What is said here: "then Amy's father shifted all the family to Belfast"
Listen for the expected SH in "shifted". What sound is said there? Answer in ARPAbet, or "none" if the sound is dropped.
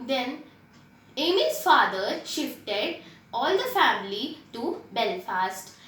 SH